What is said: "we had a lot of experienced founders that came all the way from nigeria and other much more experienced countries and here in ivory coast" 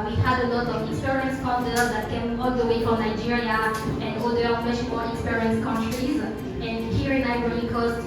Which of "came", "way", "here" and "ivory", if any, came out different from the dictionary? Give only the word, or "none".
ivory